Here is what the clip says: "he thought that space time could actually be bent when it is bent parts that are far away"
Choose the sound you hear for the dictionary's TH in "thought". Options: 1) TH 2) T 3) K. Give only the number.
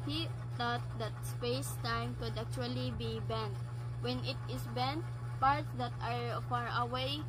2